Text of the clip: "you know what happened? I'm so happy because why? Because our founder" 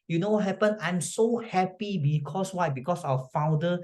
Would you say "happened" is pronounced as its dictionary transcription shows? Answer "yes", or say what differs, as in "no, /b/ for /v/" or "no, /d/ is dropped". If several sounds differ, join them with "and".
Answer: no, /d/ is dropped